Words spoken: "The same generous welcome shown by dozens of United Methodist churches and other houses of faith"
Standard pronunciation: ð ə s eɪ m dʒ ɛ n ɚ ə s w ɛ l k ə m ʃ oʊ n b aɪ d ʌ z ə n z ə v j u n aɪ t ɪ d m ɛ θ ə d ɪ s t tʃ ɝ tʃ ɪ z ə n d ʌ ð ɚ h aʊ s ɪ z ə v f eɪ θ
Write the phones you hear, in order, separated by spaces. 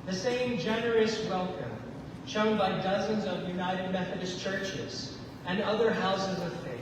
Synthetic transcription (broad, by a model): ð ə s eɪ m dʒ ɛ n ɚ ə s w ɛ l k ə m ʃ oʊ n b aɪ d ʌ z ə n z ə v j u n aɪ t ɪ d m ɛ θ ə d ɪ s tʃ ɝ tʃ ɪ z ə n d ʌ ð ɚ h aʊ s ɪ z ə v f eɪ